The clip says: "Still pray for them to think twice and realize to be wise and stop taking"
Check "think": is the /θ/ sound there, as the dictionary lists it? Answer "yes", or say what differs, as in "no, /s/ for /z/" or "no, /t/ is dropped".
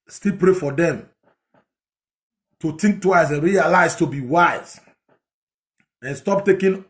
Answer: no, /t/ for /θ/